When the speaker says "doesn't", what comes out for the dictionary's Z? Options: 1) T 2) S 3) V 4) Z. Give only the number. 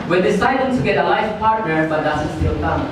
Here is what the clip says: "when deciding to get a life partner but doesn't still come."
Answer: 2